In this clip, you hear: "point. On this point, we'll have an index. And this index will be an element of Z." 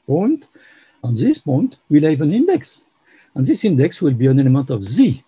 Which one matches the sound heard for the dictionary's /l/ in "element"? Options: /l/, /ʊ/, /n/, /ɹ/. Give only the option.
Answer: /n/